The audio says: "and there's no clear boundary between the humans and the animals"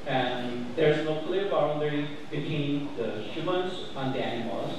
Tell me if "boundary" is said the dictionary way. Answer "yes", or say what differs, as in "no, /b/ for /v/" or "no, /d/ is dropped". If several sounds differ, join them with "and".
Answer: no, /l/ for /n/